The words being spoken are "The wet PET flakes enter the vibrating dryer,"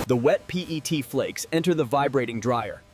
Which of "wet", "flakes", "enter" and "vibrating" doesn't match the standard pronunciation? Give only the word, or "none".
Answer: none